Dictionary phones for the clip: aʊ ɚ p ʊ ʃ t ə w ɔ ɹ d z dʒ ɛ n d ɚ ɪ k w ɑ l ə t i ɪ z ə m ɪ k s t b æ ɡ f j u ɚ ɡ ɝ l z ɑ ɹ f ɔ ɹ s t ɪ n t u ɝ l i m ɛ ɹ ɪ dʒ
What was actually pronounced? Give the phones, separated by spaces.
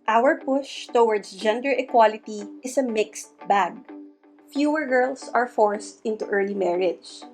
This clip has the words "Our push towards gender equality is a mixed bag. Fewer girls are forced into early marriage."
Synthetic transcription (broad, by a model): aʊ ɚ p ʊ ʃ t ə w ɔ ɹ d s dʒ ɛ n d ɚ ɪ k w ɑ l ə t i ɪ s ə m ɪ k s t b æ ɡ f j u ɚ ɡ ɝ l s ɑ ɹ f ɔ ɹ s t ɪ n t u ɝ l i m ɛ ɹ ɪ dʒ